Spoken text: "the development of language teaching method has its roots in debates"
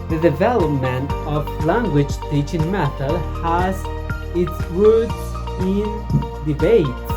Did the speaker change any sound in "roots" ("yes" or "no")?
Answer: yes